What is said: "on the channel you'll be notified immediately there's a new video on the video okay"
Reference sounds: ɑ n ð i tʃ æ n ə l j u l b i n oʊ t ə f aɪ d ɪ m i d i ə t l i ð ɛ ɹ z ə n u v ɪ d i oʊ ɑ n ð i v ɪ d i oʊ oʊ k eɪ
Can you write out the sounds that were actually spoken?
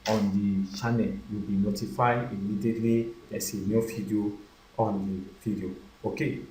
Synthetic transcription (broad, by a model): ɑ n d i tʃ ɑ n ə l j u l b i n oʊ t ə f aɪ ɪ m i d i t l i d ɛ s ə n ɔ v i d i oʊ ɑ n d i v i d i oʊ oʊ k eɪ